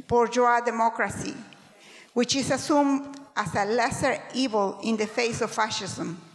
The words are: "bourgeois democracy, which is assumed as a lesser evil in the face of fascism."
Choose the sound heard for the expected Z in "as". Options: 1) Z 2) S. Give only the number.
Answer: 2